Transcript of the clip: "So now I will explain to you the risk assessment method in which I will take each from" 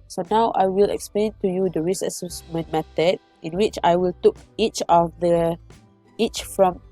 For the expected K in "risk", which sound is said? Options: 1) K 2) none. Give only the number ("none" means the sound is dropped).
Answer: 2